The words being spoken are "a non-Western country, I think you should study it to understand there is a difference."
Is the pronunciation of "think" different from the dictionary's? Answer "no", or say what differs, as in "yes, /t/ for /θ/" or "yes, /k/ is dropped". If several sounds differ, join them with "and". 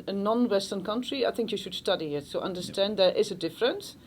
no